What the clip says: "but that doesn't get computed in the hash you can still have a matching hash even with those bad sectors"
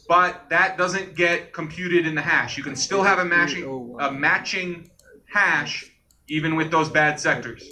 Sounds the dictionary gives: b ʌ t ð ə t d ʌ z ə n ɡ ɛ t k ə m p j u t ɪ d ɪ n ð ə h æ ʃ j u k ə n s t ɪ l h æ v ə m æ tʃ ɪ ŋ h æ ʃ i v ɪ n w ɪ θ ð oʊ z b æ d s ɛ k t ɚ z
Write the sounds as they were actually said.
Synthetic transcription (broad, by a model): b ʌ t ð ə t d ʌ z ə n ɡ ɛ t k ə m p j u t ɪ d ɪ n ð ə h æ ʃ j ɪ k ə n s t ɪ l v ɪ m ə m æ tʃ ɪ ŋ h æ ʃ i v ɪ n w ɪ ð oʊ z b æ d s ɛ k t ɚ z